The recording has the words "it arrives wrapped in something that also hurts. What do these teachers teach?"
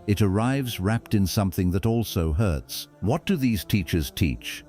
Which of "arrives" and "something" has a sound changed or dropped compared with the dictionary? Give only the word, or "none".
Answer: none